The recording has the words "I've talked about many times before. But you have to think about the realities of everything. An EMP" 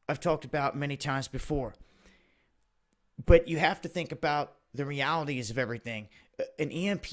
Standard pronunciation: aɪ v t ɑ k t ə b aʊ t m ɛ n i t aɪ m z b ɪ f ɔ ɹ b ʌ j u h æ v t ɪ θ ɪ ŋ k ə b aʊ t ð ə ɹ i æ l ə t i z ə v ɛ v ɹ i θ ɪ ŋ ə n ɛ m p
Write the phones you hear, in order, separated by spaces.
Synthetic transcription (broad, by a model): aɪ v t ɑ k t ə b aʊ t m ɛ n i t aɪ m z b ɪ f ɔ ɹ b ʌ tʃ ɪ h æ f t ɪ θ ɪ ŋ k ə b aʊ t ð ə ɹ i æ l ə t i z ə v ɛ v ɹ i θ ɪ ŋ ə n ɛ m p